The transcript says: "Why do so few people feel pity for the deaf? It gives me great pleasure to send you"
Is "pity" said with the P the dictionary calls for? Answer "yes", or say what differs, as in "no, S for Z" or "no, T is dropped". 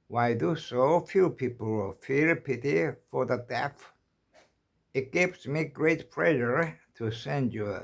yes